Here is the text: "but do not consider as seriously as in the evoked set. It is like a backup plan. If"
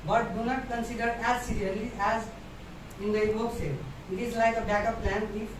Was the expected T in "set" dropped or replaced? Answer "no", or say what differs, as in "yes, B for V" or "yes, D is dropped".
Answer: yes, T is dropped